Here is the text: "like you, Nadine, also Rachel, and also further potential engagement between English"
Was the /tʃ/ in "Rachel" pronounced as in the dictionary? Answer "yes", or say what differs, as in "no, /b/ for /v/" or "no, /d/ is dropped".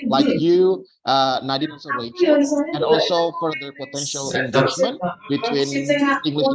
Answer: no, /s/ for /tʃ/